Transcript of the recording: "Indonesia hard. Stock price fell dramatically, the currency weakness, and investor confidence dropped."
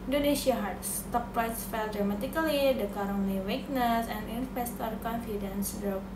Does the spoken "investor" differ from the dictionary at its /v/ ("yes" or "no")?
yes